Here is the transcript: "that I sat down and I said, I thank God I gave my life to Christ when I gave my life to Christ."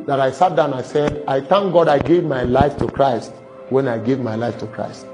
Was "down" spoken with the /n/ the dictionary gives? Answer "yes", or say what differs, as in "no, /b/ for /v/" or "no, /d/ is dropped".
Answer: no, /n/ is dropped